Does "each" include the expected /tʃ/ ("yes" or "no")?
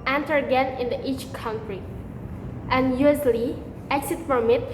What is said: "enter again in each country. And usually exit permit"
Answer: yes